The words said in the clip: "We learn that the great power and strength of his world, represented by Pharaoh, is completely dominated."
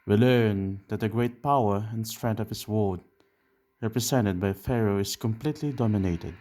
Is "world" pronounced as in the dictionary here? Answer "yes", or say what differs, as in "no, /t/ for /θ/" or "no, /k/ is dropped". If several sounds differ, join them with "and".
no, /l/ is dropped